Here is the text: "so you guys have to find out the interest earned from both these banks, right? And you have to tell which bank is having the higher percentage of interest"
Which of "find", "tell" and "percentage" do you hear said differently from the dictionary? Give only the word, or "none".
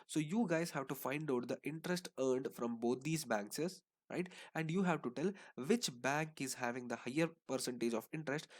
none